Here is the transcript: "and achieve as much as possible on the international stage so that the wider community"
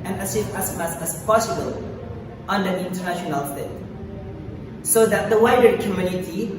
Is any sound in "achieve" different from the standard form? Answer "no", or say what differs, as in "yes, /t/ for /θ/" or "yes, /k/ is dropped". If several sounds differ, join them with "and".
yes, /s/ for /tʃ/